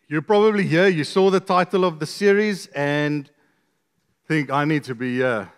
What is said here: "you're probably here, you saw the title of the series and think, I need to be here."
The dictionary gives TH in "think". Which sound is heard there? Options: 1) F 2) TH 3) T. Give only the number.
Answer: 2